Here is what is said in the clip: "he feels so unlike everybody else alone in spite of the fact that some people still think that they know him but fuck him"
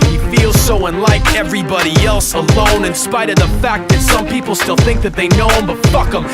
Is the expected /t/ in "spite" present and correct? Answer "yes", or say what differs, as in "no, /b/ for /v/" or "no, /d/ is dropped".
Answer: yes